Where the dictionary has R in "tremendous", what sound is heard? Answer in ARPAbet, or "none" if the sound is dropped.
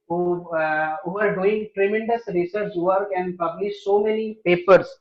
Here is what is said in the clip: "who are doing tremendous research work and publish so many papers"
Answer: R